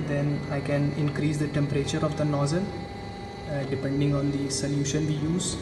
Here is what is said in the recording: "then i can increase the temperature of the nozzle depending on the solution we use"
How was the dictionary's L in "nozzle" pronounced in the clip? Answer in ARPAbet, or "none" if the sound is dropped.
N